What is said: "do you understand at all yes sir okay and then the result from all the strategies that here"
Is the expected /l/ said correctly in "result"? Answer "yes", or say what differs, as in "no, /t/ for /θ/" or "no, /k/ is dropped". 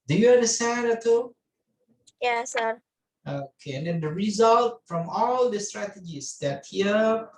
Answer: yes